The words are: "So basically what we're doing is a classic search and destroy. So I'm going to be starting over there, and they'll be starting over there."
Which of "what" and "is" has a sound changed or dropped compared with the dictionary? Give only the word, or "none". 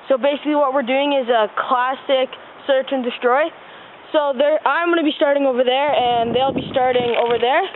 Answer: none